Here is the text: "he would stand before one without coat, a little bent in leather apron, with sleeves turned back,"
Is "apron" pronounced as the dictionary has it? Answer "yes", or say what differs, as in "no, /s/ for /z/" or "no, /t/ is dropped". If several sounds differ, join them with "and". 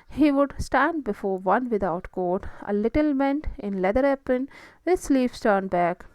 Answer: no, /ɹ/ is dropped